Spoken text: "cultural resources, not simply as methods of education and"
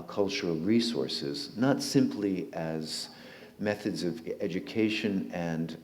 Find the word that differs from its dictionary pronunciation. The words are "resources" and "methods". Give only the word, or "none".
none